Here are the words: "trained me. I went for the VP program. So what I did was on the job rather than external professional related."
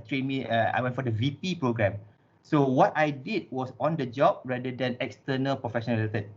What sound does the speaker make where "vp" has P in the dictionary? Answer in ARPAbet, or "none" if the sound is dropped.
P